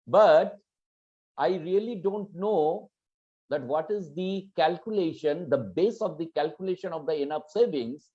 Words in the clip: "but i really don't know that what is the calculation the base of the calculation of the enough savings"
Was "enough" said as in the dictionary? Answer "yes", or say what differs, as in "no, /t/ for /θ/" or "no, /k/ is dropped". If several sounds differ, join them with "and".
no, /p/ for /f/